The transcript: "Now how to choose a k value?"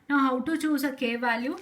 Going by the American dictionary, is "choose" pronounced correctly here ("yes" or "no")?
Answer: no